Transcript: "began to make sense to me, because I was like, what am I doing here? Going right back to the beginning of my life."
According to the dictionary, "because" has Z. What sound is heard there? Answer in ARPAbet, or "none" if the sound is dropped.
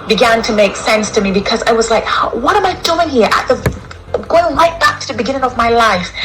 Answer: Z